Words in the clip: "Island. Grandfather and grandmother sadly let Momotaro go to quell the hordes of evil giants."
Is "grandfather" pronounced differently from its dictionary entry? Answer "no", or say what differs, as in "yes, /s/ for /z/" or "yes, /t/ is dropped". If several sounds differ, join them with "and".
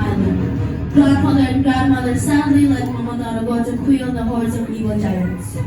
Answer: yes, /n/ is dropped